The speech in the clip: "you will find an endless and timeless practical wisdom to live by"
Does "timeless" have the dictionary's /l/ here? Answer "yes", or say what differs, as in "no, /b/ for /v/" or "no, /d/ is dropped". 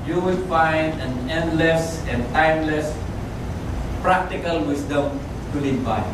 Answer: yes